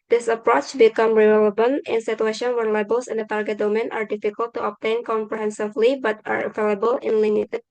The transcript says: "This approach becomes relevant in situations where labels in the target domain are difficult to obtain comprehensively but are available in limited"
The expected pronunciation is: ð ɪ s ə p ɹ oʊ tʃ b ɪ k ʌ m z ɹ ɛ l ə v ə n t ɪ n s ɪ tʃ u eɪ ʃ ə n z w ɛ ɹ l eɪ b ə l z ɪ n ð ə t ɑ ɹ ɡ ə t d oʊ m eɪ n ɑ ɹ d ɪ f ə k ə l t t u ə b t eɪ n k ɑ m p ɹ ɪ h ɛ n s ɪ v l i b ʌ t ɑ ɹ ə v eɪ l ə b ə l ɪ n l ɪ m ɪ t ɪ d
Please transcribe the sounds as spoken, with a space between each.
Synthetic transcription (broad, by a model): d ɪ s ə p ɹ oʊ tʃ b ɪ k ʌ m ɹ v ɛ l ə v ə n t ɪ n s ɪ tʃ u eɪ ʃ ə n w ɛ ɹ l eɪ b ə l s ɪ n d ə t ɑ ɹ ɡ ə t d oʊ m eɪ n ɑ ɹ d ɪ f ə k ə l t t u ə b t eɪ n k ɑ m p ɹ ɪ h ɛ n s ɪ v l i b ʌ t ɑ ɹ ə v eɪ l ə b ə l ɪ n l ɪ m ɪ t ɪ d